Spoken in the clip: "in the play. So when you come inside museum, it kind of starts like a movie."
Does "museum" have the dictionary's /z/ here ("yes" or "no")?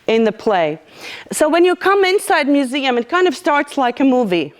yes